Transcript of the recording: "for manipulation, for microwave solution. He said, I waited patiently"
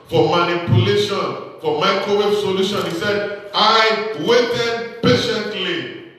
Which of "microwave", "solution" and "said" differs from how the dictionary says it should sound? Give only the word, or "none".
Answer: microwave